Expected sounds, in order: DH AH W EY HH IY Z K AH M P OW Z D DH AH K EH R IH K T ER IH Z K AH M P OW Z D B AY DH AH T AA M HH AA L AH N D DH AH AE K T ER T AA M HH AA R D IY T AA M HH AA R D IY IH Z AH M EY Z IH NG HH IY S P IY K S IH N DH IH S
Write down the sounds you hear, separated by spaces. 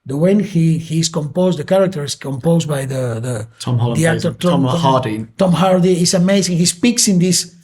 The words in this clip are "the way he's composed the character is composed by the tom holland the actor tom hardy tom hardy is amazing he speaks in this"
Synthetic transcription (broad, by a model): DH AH W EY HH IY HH K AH M P OW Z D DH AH K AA R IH K T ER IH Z K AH M P OW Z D B AY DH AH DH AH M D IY AH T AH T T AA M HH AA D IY T AA M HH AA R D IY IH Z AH M EY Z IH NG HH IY S P IY K S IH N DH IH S